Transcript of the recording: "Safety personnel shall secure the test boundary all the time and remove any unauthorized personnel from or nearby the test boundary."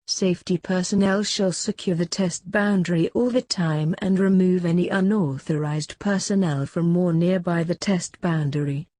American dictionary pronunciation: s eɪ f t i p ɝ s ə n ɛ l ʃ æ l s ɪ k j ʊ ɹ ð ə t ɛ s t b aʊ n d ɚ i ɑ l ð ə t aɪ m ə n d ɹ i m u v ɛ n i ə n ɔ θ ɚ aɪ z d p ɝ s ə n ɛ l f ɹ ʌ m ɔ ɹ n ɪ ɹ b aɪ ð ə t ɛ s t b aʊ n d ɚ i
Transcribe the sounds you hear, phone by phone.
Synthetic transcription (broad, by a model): s eɪ f t i p ɝ s ə n ɛ l ʃ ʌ l s ɪ k j ʊ ɹ ð ə t ɛ s t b aʊ n d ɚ i ɑ l ð ə t aɪ m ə n ɹ i m u v ɛ n i ə n ɔ θ ɚ aɪ z d p ɝ s ə n ɛ l f ɹ ʌ m ɔ ɹ n ɪ ɹ b aɪ ð ə t ɛ s t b aʊ n d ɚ i